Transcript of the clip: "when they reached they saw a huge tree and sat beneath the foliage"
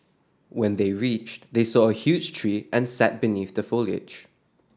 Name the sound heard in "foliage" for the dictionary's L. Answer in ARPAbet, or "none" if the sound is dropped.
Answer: L